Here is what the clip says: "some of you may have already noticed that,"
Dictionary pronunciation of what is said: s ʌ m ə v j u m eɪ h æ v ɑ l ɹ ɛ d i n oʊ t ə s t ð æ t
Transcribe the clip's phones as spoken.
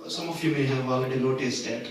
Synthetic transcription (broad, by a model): s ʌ m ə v j u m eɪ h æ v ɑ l ɛ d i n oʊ t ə s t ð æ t